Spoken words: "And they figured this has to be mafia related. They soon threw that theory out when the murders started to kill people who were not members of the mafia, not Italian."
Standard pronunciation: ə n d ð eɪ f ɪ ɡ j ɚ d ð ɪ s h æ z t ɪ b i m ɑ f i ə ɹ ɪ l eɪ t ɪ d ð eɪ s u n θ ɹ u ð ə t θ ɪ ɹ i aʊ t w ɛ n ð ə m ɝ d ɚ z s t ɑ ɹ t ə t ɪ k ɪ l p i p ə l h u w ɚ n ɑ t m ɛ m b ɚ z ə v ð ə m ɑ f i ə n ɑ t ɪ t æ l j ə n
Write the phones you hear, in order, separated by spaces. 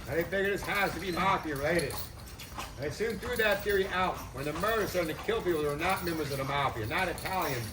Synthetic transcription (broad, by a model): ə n ð eɪ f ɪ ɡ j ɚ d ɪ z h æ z t ɪ b i m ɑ p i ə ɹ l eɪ t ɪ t ð eɪ s u n θ ɹ u ð ə t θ ɪ ɹ i aʊ t w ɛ n ð ə m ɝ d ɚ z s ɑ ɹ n t ɪ k ɪ l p i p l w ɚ n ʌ t m ɛ m b ɚ z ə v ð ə m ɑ p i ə n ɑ t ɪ t æ l j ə n